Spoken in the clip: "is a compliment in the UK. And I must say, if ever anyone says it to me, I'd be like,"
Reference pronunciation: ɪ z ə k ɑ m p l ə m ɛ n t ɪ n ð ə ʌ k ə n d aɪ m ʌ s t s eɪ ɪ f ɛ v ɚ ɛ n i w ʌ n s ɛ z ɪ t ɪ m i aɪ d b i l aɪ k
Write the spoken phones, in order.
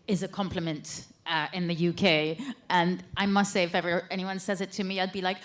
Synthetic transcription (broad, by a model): ɪ z ə k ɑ m p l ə m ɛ n t ɪ n ð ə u k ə n aɪ m ʌ s t s eɪ ɪ f ɛ v ɚ ɛ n i w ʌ n s ɛ z ɪ t ɪ m i aɪ d b i l aɪ k